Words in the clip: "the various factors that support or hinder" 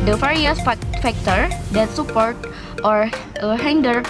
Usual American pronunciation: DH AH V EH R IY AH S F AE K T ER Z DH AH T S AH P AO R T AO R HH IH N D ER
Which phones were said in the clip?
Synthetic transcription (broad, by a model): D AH F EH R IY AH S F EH K T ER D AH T S AH P AO R T AO R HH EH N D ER